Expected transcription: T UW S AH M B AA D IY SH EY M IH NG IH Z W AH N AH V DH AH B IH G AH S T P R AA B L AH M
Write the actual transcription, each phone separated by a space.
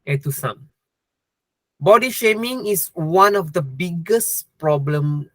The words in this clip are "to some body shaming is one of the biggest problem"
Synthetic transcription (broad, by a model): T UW S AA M B AA D IY SH EY M IH NG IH S W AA N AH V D AH B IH G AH S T P R AA B L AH M